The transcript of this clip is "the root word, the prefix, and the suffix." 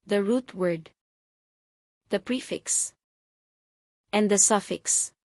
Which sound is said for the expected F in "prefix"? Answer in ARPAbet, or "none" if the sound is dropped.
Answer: F